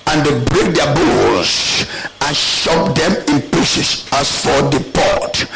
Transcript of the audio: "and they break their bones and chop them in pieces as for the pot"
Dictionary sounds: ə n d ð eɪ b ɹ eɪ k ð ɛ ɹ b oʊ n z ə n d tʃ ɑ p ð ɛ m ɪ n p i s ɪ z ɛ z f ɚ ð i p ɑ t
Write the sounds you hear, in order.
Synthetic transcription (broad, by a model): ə n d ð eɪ b ɹ eɪ k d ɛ b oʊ l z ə n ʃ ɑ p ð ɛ m ɪ n p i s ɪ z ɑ s f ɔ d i p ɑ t